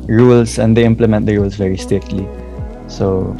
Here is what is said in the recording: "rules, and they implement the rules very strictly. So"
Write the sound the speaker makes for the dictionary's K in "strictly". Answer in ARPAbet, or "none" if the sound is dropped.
none